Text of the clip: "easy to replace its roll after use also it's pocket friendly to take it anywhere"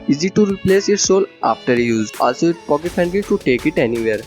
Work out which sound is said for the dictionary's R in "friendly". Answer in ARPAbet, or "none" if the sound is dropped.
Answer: none